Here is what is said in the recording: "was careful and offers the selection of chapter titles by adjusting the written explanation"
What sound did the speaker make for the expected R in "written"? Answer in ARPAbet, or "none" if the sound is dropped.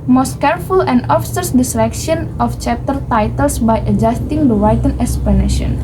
W